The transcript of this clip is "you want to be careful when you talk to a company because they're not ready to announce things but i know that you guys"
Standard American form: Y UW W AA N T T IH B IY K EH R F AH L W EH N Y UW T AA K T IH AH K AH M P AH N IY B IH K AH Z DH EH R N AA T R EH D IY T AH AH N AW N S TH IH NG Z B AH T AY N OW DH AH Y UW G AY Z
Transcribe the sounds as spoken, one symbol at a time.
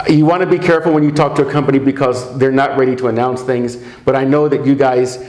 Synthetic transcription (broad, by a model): Y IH W AA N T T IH B IY K EH R F L W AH N Y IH T AA K T IH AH K AH M P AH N IY B IH K AH Z DH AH R N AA T R EH D IY T AH AH N AW N S TH IH NG Z B AH T AY N OW DH AH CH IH G AY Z